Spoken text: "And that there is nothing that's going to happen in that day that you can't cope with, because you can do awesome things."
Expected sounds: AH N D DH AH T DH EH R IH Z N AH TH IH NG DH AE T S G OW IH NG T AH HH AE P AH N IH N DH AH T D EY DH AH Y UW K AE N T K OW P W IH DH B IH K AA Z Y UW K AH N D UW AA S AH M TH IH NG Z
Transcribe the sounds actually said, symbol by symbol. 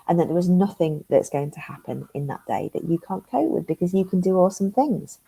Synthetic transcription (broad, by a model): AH N DH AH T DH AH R IH Z N AH TH IH NG DH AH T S G OW IH NG T AH HH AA P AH N IH N DH AH T D EY DH AH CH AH K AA N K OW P W IH DH B IH K AA Z Y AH K AH N D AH AA S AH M TH IH NG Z